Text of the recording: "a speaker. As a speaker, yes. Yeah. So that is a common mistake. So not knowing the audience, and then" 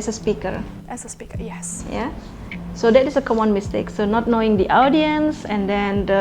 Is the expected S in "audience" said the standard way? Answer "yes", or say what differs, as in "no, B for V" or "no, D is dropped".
yes